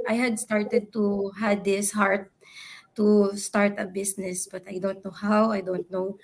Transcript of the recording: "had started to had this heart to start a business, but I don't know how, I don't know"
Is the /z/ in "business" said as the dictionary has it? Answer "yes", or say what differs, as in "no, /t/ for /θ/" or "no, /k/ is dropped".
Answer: no, /s/ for /z/